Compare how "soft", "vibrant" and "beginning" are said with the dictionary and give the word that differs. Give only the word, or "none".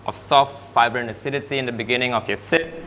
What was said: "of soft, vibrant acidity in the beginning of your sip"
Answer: vibrant